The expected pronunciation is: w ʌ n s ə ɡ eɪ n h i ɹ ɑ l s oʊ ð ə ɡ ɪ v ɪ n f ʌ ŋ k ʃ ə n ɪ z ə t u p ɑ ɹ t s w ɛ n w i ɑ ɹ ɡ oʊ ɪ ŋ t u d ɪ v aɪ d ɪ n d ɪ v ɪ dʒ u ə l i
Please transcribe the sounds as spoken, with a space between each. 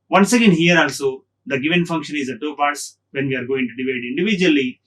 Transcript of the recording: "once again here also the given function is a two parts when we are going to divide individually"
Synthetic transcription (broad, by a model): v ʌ n s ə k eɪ n h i ɹ ɑ l s oʊ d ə ɡ ɪ v ɪ n f ʌ ŋ k ʃ ə n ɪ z ə t u p ɑ ɹ t s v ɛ n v i ɑ ɹ ɡ oʊ ɪ ŋ t u d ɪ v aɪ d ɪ n d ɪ v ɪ dʒ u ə l i